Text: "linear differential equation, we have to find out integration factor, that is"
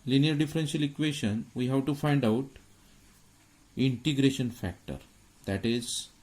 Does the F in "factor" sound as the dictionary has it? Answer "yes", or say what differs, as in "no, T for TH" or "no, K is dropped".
yes